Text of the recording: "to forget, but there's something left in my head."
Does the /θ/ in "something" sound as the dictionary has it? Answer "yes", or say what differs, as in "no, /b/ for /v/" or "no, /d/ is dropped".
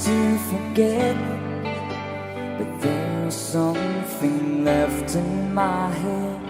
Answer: yes